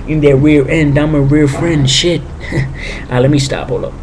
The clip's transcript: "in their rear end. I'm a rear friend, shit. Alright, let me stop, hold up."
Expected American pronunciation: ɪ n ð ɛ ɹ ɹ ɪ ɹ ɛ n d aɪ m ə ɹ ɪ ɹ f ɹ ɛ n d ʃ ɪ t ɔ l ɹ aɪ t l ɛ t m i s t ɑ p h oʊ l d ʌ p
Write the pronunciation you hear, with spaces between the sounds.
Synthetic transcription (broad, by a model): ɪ n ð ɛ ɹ w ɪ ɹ ɛ n d aɪ m ə w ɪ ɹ f ɹ ɛ n d ʃ ɪ t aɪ l ɛ t m i s t ɑ p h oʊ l ʌ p